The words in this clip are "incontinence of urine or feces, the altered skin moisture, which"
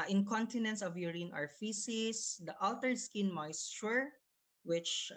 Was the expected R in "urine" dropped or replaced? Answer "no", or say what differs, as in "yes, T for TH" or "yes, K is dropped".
no